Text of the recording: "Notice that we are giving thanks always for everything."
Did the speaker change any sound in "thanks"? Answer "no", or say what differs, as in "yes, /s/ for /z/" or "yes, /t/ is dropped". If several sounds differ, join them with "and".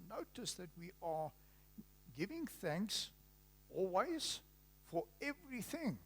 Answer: no